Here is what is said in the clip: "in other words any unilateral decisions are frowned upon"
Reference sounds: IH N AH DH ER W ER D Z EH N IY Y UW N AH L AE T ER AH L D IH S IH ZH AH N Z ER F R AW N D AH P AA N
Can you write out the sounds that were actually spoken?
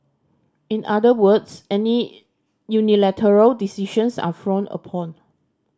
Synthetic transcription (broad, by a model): IH N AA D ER W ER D S EH N IY Y UW N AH L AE T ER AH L D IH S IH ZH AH N S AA F R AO N AH P AA N